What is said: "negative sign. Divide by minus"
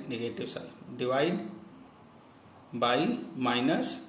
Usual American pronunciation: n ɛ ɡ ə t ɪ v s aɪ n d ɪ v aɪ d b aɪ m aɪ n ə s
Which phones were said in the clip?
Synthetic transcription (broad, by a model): n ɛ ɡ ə t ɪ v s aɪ l d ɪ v aɪ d b aɪ m aɪ n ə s